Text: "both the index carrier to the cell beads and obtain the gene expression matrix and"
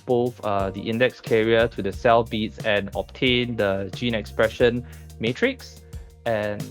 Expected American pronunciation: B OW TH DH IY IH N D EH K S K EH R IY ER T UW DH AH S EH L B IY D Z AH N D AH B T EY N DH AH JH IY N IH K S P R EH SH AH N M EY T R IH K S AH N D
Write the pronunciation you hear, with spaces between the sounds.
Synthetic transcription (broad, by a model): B OW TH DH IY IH N D EH K S K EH R IY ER T UW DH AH S EH L B IY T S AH N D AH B T EY N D AH JH IY N IH K S P R EH SH AH N M EY T R IH K S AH N